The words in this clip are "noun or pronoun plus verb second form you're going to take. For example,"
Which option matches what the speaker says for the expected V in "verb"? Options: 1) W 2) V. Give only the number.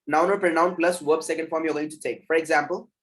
1